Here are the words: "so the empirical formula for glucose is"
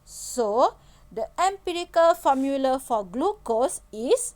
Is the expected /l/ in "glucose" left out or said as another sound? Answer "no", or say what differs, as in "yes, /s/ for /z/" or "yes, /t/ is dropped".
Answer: no